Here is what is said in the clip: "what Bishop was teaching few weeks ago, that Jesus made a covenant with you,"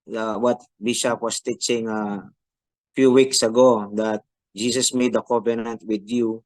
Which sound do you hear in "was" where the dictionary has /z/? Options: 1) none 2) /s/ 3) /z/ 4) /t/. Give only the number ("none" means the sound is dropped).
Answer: 2